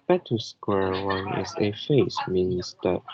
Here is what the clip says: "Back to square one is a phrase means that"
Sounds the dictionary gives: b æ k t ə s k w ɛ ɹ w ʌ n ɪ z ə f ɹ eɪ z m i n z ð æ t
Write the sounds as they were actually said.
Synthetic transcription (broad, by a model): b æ t ə s k w ɛ ɹ w ʌ n ɪ z ə f eɪ s m i n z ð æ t